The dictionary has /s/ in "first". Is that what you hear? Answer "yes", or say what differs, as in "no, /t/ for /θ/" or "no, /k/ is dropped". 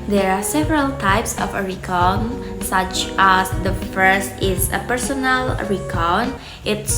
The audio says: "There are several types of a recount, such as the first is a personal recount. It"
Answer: yes